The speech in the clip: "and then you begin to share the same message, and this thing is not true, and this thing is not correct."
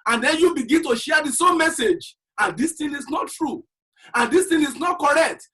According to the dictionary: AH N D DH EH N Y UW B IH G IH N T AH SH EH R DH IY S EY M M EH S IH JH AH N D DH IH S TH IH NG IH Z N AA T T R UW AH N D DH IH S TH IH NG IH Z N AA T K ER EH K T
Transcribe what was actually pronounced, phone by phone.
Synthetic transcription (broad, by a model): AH N D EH N Y UW B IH G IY N T AH SH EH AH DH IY S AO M M EH S IH JH AH N D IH S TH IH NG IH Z N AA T T R UW AH N D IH S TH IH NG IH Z N AA T K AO EH K T